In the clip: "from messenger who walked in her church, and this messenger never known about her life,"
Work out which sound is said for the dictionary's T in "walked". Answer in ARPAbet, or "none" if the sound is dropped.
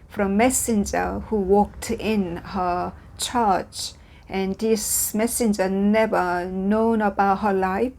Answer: T